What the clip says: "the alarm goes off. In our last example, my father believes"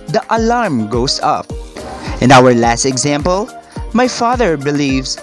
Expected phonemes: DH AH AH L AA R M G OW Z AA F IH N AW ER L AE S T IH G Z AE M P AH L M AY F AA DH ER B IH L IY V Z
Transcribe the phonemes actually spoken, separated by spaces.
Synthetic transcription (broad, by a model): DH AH AH L AA R M G OW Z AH P IH N AW ER L AE S T IH G Z AE M P AH L M AY F AA DH ER B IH L IY V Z